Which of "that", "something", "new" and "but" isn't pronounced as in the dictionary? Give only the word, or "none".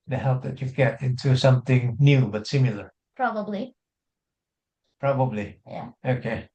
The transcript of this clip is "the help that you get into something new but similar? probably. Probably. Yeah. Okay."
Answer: none